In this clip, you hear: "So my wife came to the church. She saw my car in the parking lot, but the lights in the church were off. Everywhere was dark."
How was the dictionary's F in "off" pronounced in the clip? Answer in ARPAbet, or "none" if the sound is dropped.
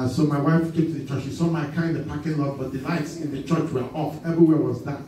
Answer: F